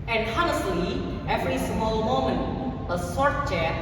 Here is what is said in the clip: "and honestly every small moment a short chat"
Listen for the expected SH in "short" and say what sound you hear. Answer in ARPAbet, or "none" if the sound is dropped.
S